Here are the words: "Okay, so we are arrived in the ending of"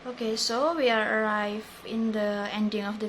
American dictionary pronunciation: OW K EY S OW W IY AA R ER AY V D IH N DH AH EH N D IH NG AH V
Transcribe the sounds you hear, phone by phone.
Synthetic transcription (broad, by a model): OW K EY S OW W IY AA R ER AY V IH N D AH EH N D IH NG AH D